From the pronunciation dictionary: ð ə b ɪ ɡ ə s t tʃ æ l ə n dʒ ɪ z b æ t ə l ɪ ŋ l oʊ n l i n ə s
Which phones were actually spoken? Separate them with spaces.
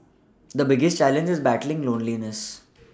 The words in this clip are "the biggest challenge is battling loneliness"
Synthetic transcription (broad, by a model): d ə b ɪ ɡ ə s t tʃ æ l ə n dʒ ɪ z b æ t ə l ɪ ŋ l oʊ n l i n ə s